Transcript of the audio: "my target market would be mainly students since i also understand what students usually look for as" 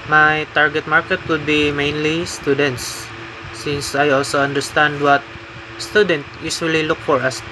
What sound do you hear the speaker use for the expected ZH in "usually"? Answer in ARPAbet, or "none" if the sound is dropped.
S